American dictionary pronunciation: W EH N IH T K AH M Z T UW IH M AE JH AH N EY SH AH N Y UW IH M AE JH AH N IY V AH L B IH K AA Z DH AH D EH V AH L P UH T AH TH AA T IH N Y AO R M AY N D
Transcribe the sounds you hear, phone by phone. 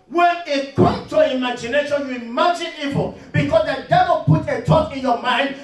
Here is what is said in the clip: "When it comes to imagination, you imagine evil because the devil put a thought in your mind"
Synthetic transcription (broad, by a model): W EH N IH T K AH M S T UW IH M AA JH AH N EY SH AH N Y UW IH M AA JH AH N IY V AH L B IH K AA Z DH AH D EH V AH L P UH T AH T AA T IH N Y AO M AY N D